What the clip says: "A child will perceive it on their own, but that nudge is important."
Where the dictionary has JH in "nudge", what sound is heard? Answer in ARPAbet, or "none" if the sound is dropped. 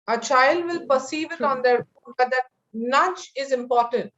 CH